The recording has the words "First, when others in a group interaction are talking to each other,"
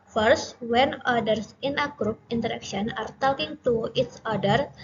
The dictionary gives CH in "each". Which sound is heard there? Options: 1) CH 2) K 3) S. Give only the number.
3